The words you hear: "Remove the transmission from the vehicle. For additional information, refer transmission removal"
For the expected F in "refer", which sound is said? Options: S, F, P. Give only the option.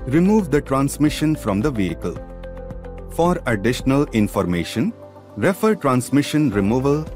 F